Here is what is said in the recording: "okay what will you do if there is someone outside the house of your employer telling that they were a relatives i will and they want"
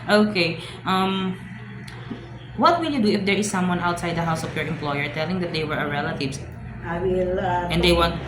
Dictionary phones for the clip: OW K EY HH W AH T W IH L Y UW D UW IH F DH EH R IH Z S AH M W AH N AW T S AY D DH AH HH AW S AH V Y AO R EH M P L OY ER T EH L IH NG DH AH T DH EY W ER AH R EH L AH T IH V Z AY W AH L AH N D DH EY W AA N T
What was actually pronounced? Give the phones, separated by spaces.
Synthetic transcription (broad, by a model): OW K EY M W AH T W IH L Y UW D UW IH F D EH R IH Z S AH M W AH N AW T S AY D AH HH AW S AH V Y AO R EH M P L OY ER T EH L IH NG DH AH T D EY W ER AH R EH L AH T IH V AY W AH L AH N D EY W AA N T